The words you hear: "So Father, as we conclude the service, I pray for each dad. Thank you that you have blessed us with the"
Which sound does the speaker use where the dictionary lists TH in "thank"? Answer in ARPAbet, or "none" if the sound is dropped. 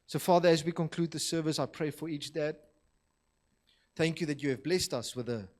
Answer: TH